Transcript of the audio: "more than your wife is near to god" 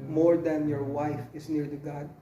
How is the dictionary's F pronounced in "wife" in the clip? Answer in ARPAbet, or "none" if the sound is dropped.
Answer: F